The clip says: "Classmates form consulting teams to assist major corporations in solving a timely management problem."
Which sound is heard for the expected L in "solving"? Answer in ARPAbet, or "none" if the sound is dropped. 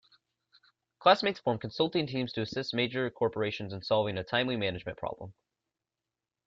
L